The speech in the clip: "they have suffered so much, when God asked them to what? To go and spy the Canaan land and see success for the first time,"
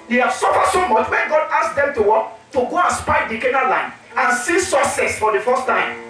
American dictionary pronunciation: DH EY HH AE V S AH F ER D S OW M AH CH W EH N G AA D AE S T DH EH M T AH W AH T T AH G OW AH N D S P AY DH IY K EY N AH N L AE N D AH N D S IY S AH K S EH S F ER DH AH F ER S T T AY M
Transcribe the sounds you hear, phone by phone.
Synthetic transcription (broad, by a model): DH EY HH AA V S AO F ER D S OW M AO CH W EH N G AA D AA S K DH EH M T AH W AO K T AH G OW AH N S P AY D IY K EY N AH L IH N AH N S IY S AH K S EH S F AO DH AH F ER S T T AY M